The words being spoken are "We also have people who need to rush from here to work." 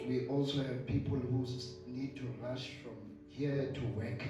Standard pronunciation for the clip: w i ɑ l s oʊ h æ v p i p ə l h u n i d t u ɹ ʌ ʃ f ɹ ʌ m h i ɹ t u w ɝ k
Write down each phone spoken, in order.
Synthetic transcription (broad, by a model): w i ɑ l s oʊ h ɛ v p i p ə l h u n i d t u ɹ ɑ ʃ f ɹ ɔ m h i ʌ t u w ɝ k